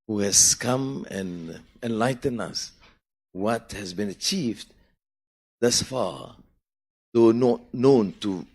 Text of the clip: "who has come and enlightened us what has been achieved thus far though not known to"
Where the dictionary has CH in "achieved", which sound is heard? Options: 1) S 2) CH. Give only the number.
2